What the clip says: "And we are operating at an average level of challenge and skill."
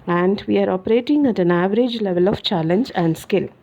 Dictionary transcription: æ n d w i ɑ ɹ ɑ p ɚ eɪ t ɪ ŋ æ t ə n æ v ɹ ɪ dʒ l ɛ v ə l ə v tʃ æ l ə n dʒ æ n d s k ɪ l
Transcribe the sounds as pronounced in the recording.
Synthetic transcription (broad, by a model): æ n d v i ɑ ɹ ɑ p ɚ eɪ t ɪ ŋ æ t ə n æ v ɹ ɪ dʒ l ɛ v ə l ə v tʃ æ l ə n dʒ æ n d s k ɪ l